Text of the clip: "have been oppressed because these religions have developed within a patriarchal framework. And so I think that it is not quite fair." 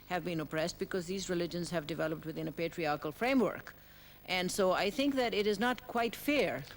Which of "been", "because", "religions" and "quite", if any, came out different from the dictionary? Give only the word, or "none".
none